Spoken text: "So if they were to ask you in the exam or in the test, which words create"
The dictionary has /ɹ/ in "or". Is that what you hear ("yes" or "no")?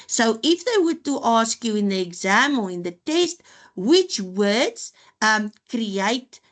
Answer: no